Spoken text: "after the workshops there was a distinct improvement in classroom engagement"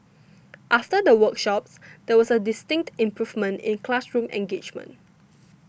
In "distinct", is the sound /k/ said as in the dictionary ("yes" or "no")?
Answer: yes